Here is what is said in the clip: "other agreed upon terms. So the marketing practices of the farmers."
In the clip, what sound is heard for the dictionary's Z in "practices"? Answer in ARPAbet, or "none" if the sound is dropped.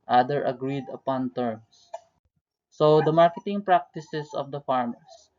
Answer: S